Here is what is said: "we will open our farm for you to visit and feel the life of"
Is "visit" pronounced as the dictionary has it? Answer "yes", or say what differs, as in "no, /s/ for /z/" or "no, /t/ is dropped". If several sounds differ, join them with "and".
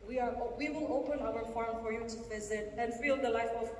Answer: yes